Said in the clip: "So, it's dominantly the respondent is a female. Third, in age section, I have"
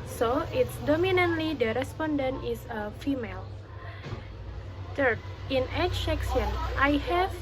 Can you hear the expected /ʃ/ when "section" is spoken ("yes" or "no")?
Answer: no